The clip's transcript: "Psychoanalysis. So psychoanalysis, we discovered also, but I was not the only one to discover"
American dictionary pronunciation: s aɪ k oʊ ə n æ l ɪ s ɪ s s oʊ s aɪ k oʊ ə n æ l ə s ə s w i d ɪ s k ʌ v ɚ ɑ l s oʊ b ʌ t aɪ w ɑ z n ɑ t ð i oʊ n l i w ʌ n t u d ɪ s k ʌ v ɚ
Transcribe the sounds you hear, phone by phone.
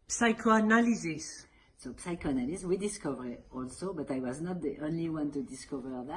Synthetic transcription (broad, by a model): s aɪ k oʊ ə n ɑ l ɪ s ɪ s s oʊ s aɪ k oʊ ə n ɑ l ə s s w i d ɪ s k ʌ v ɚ ɑ l s oʊ b ʌ t aɪ w ɑ z n ɑ t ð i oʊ n l i w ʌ n t u d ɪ s k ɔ v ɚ